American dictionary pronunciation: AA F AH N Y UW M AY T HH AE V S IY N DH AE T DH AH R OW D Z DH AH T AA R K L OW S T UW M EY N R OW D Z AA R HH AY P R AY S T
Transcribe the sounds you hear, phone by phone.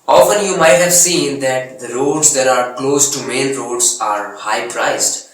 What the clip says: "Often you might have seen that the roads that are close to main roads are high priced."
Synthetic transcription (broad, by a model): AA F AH N Y UW M AY T HH AE V S IY N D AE T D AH R OW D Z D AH T AA R K L OW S T UW M EY L R OW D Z AA R HH AY P R AY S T